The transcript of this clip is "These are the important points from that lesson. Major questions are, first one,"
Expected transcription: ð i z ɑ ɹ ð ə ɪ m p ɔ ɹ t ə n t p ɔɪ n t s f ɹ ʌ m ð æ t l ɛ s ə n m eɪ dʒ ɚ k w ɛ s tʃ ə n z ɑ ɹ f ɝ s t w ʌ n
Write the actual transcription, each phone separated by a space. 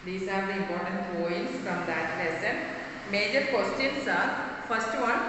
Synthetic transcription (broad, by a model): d i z ɑ ɹ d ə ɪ m p ɔ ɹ t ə n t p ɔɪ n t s f ɹ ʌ m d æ t l ɛ s ə n m eɪ dʒ ɚ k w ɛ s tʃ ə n s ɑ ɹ f ɝ s t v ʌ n